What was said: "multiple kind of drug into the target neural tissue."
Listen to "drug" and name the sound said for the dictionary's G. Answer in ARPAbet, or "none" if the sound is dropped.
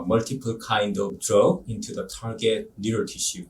none